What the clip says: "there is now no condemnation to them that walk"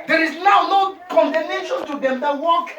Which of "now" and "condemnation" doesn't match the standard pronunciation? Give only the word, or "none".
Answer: condemnation